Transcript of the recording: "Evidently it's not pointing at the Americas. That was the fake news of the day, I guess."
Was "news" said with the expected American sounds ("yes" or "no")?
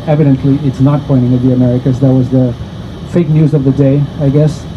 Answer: yes